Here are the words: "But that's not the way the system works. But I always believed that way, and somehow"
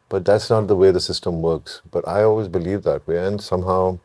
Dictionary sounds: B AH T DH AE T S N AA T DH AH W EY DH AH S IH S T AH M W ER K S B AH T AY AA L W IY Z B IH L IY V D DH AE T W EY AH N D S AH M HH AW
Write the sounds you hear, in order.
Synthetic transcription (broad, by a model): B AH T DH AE T S N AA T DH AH W EY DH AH S IH S T AH M W ER K S B AH T AY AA L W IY Z B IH L IY V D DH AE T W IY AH N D S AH M HH AW